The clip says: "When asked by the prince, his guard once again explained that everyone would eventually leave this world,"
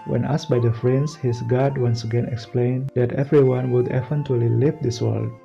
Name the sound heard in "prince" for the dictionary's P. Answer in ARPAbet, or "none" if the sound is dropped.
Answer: F